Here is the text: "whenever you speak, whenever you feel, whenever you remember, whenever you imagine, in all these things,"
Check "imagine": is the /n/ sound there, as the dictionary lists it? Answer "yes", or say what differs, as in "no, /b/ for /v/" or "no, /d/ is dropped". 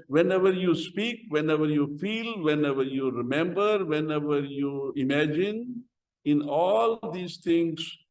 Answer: yes